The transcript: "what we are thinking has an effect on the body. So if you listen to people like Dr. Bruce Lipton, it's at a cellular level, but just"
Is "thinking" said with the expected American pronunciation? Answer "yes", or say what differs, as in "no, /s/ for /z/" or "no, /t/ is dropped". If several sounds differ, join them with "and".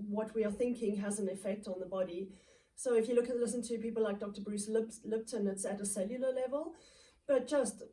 yes